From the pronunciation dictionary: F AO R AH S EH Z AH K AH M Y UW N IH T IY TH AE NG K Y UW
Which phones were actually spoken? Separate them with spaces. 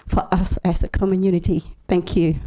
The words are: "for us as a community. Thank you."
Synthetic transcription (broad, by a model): F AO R AH S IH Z AH K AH M Y UW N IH T IY TH AE NG K Y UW